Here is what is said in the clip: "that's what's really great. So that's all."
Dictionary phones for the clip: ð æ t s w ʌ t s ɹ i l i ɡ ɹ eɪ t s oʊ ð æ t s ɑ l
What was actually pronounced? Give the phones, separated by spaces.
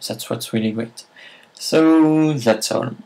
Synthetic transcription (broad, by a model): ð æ t s w ʌ t s ɹ i l i ɡ ɹ eɪ t s oʊ ð æ t s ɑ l